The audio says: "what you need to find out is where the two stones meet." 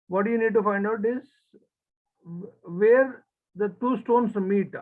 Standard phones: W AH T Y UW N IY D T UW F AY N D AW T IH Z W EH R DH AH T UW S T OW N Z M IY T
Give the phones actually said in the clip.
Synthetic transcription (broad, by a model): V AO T Y UW N IY D T UW F AY N D AW T IH Z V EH R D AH T UW S T OW N S M IY T